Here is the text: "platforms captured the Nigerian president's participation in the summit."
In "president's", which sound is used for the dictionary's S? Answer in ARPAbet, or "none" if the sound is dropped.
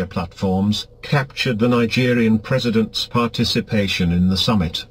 S